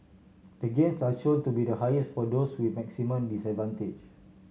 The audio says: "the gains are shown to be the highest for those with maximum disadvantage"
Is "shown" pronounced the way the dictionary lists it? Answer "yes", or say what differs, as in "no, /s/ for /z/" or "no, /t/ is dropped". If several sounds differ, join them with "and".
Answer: no, /l/ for /n/